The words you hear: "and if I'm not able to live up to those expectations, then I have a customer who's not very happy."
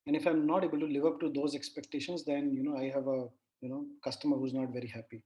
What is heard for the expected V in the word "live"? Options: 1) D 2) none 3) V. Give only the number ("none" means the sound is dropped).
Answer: 3